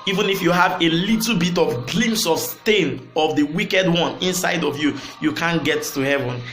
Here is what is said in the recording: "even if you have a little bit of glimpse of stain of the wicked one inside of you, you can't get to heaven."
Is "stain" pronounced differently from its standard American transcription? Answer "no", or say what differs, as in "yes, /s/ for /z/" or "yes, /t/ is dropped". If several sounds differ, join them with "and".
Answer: no